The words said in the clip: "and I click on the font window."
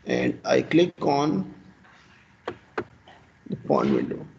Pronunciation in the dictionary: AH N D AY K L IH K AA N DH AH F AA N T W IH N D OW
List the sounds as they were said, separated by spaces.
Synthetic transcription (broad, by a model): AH N D AY K L IH K AA N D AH P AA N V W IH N D OW